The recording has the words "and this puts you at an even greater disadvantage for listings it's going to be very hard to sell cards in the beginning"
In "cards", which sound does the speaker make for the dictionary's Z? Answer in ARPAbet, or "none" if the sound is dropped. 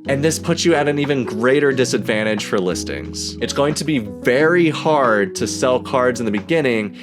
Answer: Z